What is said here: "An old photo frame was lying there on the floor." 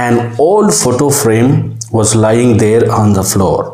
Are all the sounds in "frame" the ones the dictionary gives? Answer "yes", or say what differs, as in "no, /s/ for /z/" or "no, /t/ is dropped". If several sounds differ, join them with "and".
yes